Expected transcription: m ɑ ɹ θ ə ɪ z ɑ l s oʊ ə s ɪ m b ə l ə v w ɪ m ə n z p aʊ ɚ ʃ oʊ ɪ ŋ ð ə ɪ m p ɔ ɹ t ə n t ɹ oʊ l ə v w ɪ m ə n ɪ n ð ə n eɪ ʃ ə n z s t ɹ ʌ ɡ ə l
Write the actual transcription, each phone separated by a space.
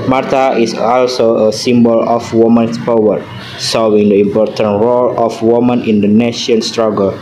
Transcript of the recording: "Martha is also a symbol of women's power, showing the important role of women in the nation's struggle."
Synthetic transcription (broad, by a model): m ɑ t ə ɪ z ɑ l s oʊ ə s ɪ m b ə l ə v w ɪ m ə n s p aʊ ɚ s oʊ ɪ ŋ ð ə ɪ m p ɔ ɹ t ə n t ɹ oʊ l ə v w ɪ m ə n ɪ n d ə n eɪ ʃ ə n s t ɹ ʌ ɡ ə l